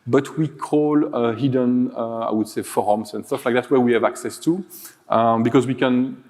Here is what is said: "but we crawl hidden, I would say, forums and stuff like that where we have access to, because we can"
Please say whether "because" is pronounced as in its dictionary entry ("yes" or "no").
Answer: yes